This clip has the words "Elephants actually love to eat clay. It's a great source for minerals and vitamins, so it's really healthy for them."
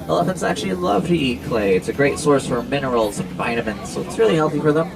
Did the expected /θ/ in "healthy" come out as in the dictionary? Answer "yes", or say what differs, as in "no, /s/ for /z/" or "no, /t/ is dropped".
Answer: yes